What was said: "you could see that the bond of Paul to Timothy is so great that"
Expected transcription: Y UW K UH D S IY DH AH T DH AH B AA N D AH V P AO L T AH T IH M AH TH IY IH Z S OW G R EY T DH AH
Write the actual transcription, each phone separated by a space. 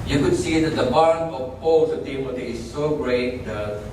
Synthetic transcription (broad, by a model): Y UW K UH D S IY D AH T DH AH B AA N AH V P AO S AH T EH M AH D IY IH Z S OW G R EY T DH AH